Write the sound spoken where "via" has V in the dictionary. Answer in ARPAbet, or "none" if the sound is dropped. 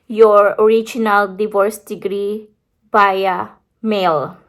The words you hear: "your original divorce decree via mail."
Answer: B